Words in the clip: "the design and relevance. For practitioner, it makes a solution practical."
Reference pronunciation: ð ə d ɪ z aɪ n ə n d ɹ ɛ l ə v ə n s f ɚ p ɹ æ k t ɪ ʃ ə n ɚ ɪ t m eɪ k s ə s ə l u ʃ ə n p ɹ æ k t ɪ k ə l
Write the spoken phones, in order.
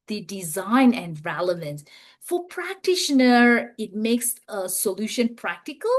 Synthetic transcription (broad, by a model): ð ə d ɪ z aɪ n ə n d ɹ ɛ l ə v ə n s f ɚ p ɹ æ k t ɪ ʃ ə n ɚ ɪ t m eɪ k s ə s ə l u ʃ ə n p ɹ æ k t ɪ k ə l